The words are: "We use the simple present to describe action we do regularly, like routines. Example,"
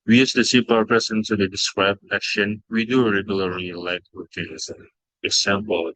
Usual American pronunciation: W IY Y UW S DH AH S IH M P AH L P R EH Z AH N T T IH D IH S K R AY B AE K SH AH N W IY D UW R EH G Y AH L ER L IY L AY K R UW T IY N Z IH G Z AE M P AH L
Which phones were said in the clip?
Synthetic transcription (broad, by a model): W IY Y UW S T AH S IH P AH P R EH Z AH N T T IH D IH S K R AY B AE K SH AH N W IY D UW R EH G Y AH L ER L IY L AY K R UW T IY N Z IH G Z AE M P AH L